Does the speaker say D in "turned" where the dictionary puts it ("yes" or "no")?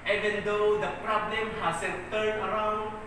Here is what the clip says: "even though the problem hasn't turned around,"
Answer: no